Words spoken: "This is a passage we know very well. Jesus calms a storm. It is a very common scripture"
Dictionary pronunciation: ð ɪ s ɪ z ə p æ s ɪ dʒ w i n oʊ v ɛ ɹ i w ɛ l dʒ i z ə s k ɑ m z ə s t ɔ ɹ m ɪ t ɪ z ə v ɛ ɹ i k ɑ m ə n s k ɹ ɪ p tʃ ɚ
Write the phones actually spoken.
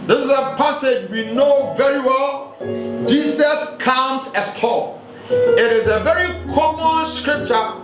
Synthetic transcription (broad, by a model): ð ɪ s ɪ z ə p æ s ɪ dʒ w i n oʊ v ɛ ɹ i w ɛ l dʒ i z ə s k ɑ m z ə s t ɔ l ɪ t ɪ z ə v ɛ ɹ i k ɑ m ə n s k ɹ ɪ p tʃ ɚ